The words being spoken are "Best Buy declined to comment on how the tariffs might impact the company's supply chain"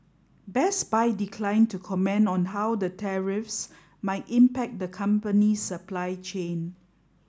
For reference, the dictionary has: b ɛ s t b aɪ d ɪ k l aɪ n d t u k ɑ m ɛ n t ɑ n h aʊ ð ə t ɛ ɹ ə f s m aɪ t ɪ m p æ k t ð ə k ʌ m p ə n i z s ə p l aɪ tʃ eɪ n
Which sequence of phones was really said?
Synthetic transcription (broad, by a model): b ɛ s b aɪ d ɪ k l aɪ n t u k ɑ m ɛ n ɑ n h aʊ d ə t ɛ ɹ ə f s m aɪ t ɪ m p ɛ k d ə k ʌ m p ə n i s ə p l aɪ tʃ eɪ n